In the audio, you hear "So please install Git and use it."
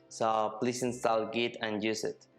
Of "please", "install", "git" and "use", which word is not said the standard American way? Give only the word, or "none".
please